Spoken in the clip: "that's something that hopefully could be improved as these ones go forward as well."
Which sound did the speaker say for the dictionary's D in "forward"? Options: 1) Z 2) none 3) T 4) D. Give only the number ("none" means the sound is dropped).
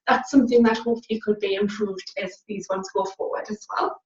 4